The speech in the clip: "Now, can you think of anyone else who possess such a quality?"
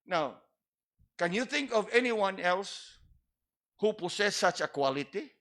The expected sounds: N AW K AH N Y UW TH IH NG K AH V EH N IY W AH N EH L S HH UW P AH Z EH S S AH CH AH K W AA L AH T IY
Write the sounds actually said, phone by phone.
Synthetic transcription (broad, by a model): N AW K AH N Y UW TH IH NG K AH V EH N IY W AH N EH L S HH UW P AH S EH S S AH CH AH K W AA L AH T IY